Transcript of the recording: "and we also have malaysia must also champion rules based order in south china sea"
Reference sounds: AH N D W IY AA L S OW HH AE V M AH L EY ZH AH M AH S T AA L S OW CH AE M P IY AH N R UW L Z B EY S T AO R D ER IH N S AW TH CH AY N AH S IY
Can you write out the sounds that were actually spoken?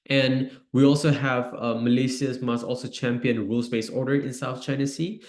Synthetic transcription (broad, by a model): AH N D W IY AA L S OW HH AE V M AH L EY S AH M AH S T AA L S OW CH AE M P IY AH N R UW L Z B EY S AO R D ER IH N S AW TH CH AY N AH S IY